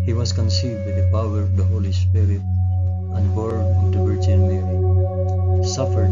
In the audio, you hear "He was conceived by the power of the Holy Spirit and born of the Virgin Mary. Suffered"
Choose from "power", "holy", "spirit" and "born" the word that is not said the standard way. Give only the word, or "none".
born